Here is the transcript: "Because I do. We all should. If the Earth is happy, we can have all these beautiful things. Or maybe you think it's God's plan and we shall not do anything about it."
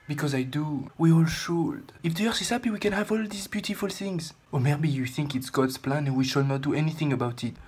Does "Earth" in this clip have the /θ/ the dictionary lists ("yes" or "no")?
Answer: no